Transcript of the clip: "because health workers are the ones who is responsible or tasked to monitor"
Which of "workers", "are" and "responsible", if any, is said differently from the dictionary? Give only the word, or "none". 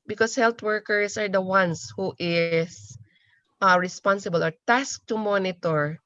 workers